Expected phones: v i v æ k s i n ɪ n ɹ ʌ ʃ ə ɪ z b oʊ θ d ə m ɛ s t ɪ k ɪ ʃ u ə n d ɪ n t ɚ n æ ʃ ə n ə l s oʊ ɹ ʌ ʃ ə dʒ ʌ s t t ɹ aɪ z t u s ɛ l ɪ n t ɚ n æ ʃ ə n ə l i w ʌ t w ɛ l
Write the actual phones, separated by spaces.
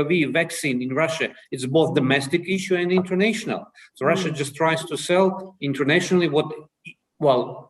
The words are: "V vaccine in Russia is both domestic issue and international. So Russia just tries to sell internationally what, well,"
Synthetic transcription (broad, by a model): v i v æ k s i n ɪ n ɹ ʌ ʃ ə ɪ s b oʊ θ d ə m ɛ s t ɪ k ɪ ʃ u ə n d ɪ n t ɚ n æ ʃ ə n ə l s oʊ ɹ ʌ ʃ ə dʒ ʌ s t t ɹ aɪ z t u s ɛ l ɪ n t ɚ n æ ʃ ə n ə l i w ʌ t w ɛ l